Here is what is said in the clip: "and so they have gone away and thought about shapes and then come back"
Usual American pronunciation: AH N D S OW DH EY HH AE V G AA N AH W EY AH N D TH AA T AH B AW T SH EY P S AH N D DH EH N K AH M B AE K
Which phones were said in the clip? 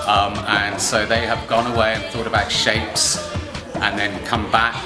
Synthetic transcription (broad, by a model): AH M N S OW DH EY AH V G AA N AH W EY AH N TH AA T AH B AW T SH EY P S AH N DH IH N K AH M B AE K